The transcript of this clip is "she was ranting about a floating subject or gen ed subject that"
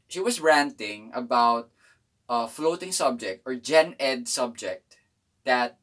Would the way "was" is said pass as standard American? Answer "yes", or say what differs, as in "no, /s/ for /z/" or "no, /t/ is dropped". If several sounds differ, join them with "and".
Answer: no, /s/ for /z/